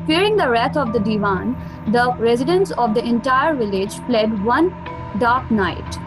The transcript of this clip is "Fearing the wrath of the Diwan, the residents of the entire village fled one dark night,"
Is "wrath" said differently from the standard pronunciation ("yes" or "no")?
yes